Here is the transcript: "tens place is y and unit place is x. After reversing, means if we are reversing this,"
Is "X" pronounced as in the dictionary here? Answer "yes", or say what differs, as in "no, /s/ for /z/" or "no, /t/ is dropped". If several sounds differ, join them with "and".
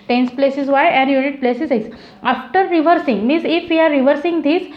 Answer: no, /k/ is dropped